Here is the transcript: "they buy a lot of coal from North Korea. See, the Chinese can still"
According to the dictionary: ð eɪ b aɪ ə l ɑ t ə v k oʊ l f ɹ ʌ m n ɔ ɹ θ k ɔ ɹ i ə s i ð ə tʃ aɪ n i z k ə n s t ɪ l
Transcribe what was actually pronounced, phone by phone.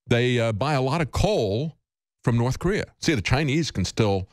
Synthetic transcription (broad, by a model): ð eɪ b aɪ ə l ɑ t ə v k oʊ l f ɹ ʌ m n ɔ ɹ θ k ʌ ɹ i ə s i ð ə tʃ aɪ n i z k n s t ɪ l